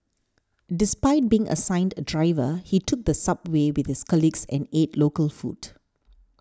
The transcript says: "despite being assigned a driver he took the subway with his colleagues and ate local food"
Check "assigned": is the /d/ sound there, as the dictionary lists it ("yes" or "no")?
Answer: yes